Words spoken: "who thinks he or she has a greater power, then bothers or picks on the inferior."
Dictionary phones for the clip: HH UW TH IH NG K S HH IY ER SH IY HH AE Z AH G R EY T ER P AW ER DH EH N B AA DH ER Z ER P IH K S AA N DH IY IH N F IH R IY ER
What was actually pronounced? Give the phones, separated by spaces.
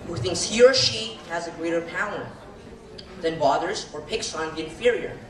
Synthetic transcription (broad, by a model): HH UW TH IH NG K S HH IY ER SH IY HH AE Z AH G R EY T ER P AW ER DH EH N B AA DH ER Z ER P IH K S N DH IY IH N F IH R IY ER